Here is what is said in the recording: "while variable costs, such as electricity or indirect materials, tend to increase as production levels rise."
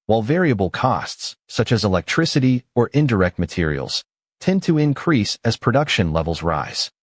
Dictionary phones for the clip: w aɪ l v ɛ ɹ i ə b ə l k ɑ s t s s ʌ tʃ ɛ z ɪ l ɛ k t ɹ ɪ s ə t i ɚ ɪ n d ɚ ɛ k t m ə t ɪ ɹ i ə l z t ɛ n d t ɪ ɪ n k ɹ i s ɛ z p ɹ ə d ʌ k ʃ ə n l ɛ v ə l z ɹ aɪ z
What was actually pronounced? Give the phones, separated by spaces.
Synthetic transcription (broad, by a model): w aɪ l v ɛ ɹ i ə b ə l k ɑ s t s s ʌ tʃ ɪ z ɪ l ɛ k t ɹ ɪ s ə t i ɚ ɪ n d ɚ ɛ k t m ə t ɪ ɹ i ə l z t ɛ n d t ɪ ɪ n k ɹ i s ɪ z p ɹ ə d ʌ k ʃ ə n l ɛ v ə l z ɹ aɪ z